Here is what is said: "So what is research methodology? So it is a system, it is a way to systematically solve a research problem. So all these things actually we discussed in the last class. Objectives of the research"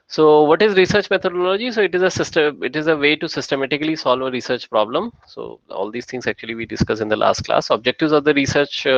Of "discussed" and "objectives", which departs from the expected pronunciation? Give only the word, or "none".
discussed